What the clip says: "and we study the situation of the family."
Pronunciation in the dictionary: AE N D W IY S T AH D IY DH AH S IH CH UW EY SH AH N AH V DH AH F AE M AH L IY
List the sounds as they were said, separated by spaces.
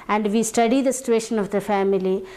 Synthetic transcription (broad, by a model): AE N D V IY S T AH D IY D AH S IH CH UW EY SH AH N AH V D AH F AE M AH L IY